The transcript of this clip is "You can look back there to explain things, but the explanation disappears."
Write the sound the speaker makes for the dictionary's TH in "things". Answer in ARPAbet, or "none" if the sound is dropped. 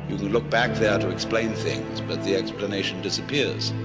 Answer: TH